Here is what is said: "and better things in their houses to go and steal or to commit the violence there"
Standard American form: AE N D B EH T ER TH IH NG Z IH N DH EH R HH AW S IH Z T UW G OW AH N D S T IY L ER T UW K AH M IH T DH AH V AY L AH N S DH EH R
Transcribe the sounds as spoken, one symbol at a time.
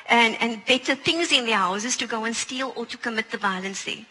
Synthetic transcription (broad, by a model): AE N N B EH T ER T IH NG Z IH N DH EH HH AW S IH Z T UW G OW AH N S T IY L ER T UW K AH M IH T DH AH B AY L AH N S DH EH